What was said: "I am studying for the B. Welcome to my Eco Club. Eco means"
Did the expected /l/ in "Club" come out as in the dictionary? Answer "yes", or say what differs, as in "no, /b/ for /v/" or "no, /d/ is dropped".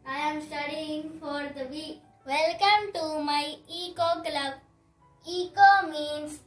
yes